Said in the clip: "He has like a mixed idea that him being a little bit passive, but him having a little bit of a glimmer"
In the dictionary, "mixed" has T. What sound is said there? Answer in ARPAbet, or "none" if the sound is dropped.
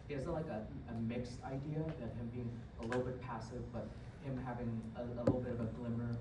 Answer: T